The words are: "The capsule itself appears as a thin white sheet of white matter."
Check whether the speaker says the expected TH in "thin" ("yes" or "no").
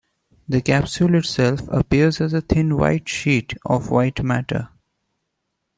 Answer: no